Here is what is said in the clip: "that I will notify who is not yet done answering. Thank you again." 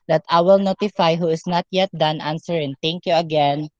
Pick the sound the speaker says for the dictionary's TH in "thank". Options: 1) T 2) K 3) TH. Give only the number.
1